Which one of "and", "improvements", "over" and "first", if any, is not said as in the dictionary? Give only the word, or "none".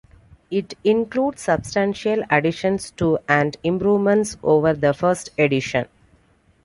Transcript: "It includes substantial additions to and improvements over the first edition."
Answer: none